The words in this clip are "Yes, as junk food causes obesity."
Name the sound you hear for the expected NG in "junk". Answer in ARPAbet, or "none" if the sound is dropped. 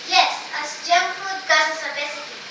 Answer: none